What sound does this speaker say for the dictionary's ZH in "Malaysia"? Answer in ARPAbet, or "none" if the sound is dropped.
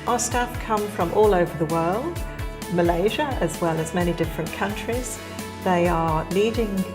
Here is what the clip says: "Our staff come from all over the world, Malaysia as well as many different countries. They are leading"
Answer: ZH